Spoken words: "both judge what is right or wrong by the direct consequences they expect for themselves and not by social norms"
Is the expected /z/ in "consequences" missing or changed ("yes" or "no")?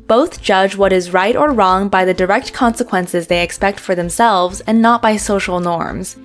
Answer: no